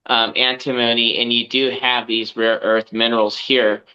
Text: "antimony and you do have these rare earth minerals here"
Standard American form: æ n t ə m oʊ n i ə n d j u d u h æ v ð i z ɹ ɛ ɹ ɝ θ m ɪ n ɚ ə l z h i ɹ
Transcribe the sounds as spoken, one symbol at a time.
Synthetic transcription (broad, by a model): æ n t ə m oʊ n i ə n j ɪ d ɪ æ v ð i z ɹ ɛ ɹ ɝ θ m ɪ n ɚ l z h i ɹ